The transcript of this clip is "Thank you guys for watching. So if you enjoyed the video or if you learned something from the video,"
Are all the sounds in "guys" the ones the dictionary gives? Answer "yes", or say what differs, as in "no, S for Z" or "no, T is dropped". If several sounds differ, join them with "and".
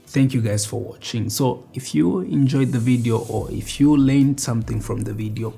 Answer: no, S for Z